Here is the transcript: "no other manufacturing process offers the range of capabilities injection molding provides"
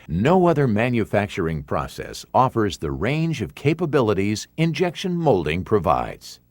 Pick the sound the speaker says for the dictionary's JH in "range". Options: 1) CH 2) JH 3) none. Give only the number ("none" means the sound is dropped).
2